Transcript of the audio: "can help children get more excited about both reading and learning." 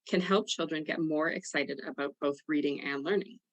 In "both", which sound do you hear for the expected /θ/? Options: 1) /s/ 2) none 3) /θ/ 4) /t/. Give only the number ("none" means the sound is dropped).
3